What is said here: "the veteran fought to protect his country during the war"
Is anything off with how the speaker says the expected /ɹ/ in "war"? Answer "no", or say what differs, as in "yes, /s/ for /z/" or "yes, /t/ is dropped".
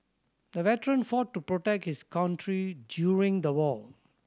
yes, /l/ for /ɹ/